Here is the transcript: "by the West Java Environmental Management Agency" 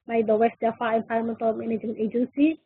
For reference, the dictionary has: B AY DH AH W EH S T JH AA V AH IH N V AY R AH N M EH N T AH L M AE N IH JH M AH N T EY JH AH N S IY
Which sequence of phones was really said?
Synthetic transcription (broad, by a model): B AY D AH W EH S T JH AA F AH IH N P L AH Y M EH N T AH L M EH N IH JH AH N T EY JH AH N S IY